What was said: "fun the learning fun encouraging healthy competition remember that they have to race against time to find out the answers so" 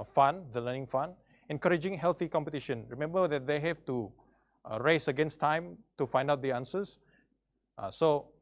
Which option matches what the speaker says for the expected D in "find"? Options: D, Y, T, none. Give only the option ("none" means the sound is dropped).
D